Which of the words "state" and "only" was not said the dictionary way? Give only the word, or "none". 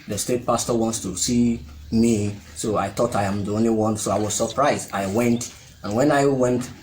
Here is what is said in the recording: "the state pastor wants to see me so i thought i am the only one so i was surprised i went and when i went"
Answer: none